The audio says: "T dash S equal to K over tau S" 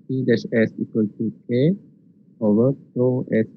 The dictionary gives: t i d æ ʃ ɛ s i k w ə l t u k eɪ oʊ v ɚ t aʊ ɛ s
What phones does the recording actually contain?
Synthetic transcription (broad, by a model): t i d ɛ s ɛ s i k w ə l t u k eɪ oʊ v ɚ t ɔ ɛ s